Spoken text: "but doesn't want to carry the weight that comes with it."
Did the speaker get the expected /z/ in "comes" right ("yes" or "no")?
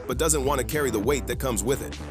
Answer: yes